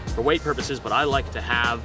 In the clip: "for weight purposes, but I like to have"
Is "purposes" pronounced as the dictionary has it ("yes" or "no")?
yes